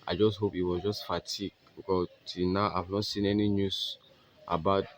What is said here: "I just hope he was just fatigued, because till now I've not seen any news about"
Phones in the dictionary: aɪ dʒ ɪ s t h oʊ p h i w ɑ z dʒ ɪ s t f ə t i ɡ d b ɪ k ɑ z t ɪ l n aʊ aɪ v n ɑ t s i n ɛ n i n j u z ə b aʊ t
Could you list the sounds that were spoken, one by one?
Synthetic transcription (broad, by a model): aɪ dʒ ɪ s t h oʊ p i w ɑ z dʒ ɪ s t f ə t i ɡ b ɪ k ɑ t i n aʊ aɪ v n ɑ t s i n ɛ n i n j u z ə b aʊ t